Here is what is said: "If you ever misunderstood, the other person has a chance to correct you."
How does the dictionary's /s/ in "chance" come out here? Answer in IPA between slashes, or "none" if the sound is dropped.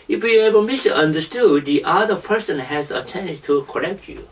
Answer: none